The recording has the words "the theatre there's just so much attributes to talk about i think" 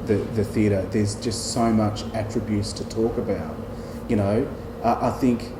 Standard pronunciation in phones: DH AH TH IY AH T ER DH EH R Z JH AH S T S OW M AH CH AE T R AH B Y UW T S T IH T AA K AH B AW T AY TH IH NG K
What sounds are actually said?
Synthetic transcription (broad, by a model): DH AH TH IY AH T ER DH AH R Z JH AH S T S OW M AH CH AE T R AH B Y UW T S T IH T AA K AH B AW T AY TH IH NG K